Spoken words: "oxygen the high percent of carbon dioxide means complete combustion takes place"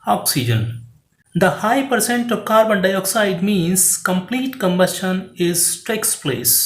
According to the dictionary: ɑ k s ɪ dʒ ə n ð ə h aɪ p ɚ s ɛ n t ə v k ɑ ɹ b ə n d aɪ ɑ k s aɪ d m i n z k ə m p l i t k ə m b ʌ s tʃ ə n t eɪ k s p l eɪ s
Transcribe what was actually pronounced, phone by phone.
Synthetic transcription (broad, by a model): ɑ k s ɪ dʒ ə n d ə h aɪ p ɚ s ɛ n t ə v k ɑ ɹ b ə n d aɪ ɑ k s aɪ d m i n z k ə m p l i t k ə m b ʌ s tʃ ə n t eɪ k s p l eɪ s